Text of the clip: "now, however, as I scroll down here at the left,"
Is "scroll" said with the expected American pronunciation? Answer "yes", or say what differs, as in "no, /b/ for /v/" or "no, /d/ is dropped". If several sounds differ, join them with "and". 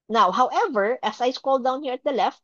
no, /ɹ/ is dropped